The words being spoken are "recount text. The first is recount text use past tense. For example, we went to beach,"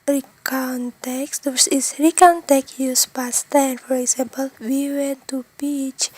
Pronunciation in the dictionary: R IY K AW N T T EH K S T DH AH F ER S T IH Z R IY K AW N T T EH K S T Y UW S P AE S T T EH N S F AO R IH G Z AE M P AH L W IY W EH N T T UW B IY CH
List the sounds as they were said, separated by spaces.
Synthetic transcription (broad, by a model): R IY K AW N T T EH K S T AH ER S IH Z R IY K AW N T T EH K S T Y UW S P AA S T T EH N F AO R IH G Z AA M P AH L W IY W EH N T T UW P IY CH